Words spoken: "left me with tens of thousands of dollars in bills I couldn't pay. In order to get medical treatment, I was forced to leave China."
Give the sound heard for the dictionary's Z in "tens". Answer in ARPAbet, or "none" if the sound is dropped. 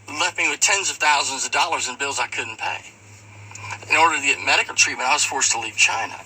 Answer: Z